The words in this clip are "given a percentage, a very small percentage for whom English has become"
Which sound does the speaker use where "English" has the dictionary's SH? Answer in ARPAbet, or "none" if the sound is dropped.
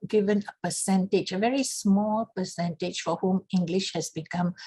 SH